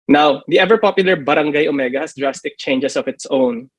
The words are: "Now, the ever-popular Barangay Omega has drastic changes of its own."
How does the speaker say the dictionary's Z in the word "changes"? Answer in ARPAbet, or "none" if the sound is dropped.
S